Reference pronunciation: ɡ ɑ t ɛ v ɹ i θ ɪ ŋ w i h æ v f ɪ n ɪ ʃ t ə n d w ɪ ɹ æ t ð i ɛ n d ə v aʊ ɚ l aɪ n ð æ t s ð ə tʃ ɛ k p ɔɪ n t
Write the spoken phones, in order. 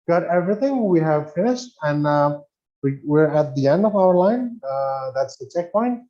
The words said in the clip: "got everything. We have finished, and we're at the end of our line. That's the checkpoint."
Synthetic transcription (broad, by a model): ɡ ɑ t ɛ v ɹ i θ ɪ ŋ w i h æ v f ɪ n ɪ ʃ t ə n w w ɪ ɹ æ t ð i ɛ n d ə v aʊ ɚ l aɪ n ð æ t s ð ə tʃ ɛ k p ɔɪ n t